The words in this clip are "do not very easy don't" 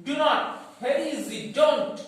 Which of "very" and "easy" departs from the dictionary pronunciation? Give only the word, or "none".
very